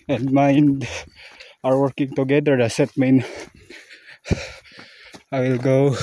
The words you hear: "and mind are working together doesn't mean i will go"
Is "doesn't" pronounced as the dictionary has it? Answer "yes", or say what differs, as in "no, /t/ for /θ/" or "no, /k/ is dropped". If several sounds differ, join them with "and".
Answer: no, /s/ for /z/